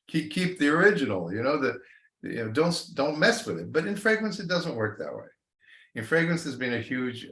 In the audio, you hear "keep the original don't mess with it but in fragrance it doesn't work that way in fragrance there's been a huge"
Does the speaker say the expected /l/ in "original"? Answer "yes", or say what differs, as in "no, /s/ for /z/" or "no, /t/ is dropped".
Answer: no, /n/ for /l/